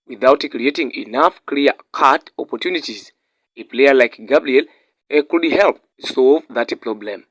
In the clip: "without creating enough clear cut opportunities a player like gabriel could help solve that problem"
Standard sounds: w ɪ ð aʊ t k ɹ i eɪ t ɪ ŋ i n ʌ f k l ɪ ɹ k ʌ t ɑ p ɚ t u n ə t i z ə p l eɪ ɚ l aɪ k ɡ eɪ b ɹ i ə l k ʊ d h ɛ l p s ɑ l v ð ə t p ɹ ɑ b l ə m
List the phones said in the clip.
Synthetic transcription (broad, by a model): w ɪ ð aʊ t k ɹ i eɪ t ɪ ŋ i n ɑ f k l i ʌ k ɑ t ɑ p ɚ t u n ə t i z ə p l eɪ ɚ l aɪ k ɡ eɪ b l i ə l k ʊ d h ɛ l p s ɑ l v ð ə t p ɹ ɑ b l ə m